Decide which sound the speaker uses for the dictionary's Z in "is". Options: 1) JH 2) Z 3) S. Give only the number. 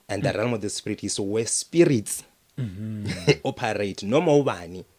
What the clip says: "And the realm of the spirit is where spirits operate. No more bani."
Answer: 3